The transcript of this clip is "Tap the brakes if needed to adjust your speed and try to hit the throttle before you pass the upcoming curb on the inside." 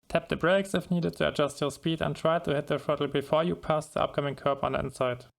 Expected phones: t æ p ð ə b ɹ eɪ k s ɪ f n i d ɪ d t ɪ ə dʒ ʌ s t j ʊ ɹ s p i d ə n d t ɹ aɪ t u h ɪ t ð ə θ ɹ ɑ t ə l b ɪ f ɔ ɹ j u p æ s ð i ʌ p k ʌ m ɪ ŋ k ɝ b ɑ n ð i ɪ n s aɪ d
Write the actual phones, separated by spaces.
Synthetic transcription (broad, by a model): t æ p ð ə b ɹ eɪ k s ɪ f n i d ɪ d t ɪ ə dʒ ʌ s t j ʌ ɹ s p i d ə n t ɹ aɪ t u h ɪ t ð ə f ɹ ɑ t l b ɪ f ɔ ɹ j u p æ s ð i ʌ p k ʌ m ɪ ŋ k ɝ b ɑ n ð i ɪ n s aɪ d